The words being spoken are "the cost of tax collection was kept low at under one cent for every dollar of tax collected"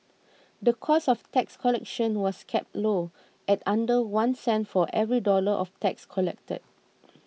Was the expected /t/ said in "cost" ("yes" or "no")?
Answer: no